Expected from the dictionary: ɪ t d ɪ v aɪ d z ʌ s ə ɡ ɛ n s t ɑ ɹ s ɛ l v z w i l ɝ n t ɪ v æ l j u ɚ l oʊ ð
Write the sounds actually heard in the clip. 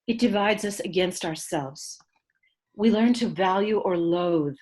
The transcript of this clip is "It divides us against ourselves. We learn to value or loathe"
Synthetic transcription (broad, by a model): ɪ t d ɪ v aɪ d z ʌ s ə ɡ ɛ n s t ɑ ɹ s ɛ l v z w i l ɝ n t ɪ v æ l j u ɚ l oʊ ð